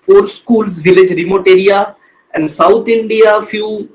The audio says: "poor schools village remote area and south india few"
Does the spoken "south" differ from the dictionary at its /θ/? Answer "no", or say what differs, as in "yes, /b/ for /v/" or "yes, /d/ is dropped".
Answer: yes, /t/ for /θ/